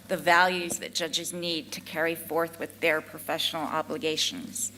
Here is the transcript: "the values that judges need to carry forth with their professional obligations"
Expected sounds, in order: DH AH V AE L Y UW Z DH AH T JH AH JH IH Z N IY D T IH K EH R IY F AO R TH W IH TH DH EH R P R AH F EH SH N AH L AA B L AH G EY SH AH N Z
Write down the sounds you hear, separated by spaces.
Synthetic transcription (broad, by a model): DH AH V AE L Y UW Z DH AH T JH AH JH IH Z N IY D T IH K EH R IY F AO R TH W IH DH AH R P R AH F EH SH N L AA B L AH G EY SH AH N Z